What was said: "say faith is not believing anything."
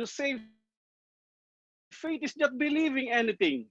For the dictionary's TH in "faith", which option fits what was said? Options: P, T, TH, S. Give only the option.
T